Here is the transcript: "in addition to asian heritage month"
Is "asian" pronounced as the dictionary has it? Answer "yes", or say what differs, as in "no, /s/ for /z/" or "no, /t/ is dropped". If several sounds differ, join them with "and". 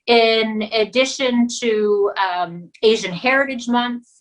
yes